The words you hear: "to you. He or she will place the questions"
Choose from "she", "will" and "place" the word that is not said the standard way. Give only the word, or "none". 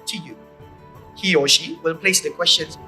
none